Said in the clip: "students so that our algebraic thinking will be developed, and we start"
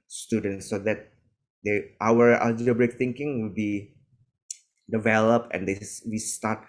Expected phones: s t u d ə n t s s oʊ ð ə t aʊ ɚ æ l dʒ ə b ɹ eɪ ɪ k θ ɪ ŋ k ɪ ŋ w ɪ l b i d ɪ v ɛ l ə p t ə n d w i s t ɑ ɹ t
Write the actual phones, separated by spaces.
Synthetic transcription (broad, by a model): s t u d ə n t s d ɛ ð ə t aʊ ɚ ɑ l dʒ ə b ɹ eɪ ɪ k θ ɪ ŋ k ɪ ŋ w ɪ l b i d ɪ v ɛ l ə p t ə n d w i s t ɑ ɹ t